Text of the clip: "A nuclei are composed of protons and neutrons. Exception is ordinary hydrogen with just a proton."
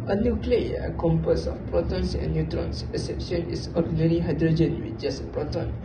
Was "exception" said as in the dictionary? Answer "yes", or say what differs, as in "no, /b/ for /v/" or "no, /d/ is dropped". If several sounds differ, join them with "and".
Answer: no, /k/ is dropped